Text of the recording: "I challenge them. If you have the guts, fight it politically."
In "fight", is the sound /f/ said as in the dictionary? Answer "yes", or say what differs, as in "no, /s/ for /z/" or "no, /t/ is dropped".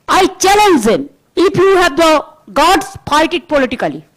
no, /p/ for /f/